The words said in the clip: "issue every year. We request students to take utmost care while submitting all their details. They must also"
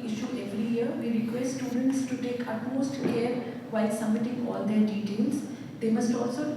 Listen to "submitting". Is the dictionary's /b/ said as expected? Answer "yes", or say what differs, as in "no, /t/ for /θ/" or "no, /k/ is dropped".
no, /b/ is dropped